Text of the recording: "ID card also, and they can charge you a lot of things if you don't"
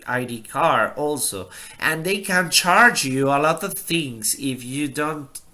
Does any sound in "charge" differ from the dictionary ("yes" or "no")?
no